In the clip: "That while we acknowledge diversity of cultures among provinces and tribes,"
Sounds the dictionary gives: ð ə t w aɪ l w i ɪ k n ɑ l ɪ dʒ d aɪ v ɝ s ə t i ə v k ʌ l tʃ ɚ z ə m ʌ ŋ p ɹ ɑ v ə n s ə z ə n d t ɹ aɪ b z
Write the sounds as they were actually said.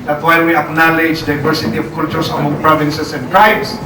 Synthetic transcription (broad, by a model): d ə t w aɪ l w i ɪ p n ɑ l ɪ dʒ d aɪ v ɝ s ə t i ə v k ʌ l tʃ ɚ s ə m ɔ ŋ p ɹ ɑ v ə n s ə s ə n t ɹ aɪ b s